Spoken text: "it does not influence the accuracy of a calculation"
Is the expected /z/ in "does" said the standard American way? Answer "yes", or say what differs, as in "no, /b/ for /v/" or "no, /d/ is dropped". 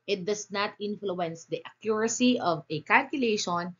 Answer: no, /s/ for /z/